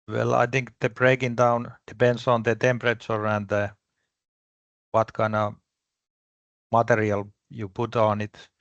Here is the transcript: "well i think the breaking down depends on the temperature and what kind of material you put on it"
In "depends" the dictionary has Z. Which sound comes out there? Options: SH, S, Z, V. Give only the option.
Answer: S